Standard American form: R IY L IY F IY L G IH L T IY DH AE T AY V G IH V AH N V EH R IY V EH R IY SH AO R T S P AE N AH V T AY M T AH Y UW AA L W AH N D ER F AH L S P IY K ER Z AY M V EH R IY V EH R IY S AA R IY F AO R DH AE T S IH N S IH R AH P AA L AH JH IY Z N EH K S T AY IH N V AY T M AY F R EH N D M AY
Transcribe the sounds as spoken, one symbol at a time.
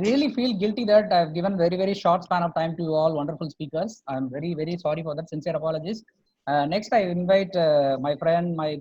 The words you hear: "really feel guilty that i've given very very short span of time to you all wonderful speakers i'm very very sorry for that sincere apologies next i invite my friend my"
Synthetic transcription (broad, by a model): R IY L IY F IY L G IH L T IY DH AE T AY V G IH V AH N V EH R IY V EH R IY SH AO R T S P AE N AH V T AY M T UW AA L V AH N D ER F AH L S P IY K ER S AY M V EH R IY V EH R IY S AA R IY F AO R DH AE T S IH N S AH R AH P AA L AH JH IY S N EH K S T AY IH N V AY T M AY F R EH N D M AY